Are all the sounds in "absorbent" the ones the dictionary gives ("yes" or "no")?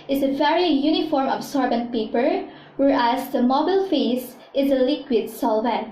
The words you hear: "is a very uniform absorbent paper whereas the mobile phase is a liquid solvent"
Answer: no